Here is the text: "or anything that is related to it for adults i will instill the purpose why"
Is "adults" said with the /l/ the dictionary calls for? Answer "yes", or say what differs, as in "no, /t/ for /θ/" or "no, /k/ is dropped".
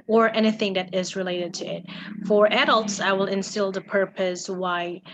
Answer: yes